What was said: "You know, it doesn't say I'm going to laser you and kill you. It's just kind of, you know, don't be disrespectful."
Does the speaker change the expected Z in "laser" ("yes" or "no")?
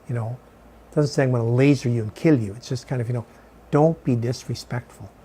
no